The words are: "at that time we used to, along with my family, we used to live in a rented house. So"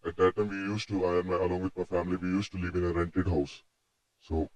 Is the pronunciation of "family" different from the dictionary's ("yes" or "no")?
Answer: no